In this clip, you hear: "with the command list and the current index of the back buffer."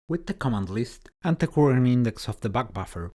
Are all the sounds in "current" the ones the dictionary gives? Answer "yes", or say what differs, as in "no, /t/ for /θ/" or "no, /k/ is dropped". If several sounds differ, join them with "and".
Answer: no, /t/ is dropped